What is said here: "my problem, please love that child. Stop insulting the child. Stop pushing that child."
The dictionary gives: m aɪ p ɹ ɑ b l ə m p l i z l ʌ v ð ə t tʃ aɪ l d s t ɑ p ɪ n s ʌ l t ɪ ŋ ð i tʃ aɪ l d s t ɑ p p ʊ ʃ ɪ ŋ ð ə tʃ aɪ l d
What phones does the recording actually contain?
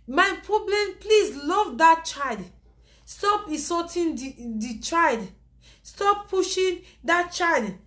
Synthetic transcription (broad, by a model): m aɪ p ɹ ɑ b l ə m p l i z l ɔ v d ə t tʃ aɪ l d s t ɑ p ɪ s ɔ t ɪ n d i tʃ aɪ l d s t ɑ p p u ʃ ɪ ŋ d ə tʃ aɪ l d